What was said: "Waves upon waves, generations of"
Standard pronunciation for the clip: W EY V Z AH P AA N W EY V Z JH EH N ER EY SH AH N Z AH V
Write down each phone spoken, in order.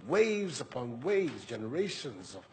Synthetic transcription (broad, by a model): W EY V Z AH P AA N W EY V Z JH EH N ER EY SH AH N Z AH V